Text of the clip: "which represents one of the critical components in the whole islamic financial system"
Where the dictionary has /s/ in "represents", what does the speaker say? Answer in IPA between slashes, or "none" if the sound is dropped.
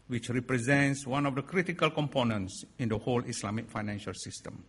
/s/